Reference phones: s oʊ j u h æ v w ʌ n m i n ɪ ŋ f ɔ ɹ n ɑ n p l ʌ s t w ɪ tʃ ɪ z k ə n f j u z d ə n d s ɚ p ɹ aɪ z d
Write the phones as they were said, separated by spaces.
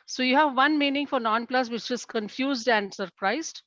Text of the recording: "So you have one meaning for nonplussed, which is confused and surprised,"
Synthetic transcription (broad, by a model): s oʊ j u h æ v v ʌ n m i n ɪ ŋ f ɔ ɹ n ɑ n p l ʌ s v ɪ tʃ ɪ z k ə n f j u z d ə n d s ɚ p ɹ aɪ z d